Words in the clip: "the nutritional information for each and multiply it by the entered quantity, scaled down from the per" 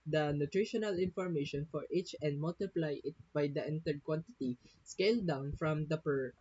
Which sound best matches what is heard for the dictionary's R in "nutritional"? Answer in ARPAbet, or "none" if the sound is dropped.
R